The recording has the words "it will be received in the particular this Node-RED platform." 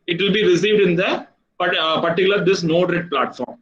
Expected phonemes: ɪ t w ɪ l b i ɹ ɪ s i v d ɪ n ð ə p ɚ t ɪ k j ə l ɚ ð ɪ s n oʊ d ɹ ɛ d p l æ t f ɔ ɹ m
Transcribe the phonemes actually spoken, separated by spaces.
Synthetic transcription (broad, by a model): ɪ t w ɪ l b i ɹ ɪ s i v d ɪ n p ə p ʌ t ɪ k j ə l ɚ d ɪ s n oʊ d ɹ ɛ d p l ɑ t f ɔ ɹ m